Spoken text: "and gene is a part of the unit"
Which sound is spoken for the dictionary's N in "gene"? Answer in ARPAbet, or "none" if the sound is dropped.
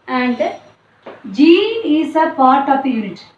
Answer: none